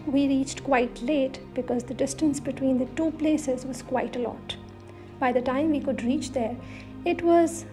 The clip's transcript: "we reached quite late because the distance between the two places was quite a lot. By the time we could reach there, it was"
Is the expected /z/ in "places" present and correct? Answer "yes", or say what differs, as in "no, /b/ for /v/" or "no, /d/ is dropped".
yes